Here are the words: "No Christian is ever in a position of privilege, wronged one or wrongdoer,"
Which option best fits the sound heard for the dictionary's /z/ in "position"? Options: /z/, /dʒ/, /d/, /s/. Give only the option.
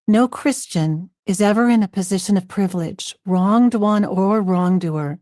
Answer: /z/